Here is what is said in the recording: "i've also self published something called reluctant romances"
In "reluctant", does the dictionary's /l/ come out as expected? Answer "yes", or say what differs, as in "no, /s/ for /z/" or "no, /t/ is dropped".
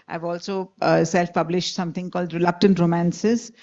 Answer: yes